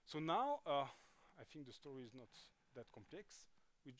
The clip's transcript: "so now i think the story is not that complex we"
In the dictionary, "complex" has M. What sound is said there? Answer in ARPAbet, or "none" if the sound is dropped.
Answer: M